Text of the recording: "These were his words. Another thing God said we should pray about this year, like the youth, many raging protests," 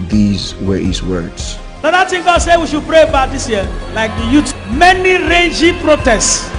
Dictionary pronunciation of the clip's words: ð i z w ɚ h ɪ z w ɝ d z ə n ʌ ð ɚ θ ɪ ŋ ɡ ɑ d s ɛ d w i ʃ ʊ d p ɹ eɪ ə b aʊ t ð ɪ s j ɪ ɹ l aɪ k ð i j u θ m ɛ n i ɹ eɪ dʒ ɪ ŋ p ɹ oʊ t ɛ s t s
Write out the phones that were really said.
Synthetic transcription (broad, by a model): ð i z w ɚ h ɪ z w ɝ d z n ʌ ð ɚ t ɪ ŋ ɡ ɑ d s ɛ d w i ʃ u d p ɹ eɪ ə b aʊ t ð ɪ s j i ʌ l aɪ k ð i j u t m ɛ n i ɹ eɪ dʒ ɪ p ɹ oʊ t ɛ s t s